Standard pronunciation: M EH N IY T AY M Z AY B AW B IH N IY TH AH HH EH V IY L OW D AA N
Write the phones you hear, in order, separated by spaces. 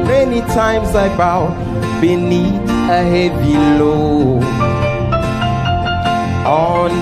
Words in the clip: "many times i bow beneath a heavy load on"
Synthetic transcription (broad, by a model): M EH N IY T AY M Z AY B AW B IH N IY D AH HH EH V IY L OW AA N